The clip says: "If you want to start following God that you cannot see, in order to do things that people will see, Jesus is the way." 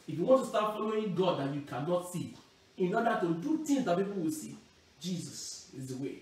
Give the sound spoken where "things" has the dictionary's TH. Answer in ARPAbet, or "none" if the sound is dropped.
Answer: T